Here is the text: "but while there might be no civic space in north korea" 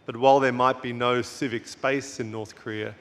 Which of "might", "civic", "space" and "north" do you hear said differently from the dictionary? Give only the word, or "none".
none